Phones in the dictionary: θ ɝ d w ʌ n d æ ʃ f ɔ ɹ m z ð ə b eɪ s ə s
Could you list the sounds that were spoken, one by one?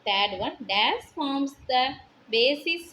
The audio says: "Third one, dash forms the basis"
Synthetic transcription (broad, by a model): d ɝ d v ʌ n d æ s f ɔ ɹ m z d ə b eɪ s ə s